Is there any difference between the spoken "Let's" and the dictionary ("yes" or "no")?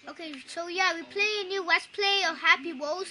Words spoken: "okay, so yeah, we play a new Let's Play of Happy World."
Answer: yes